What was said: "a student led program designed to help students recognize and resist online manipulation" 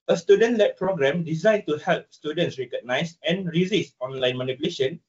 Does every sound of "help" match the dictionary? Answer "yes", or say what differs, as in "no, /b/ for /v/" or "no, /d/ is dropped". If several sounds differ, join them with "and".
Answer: yes